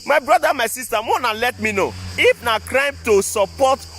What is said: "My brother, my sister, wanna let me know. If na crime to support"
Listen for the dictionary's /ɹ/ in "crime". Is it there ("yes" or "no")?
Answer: yes